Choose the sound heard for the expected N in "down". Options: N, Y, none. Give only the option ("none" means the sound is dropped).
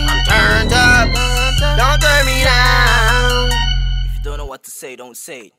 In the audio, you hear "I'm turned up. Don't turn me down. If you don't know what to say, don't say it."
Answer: none